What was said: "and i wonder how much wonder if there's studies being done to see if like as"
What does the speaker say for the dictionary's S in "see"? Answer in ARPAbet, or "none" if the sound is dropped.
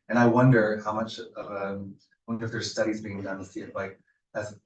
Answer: TH